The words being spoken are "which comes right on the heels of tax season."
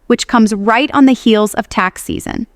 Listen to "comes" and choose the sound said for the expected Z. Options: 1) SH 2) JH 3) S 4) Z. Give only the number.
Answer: 4